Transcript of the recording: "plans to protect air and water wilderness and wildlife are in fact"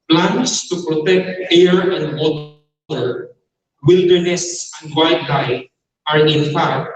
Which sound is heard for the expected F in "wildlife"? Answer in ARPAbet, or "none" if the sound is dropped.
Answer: none